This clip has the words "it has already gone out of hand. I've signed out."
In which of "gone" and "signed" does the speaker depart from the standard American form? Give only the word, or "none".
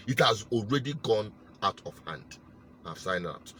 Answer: signed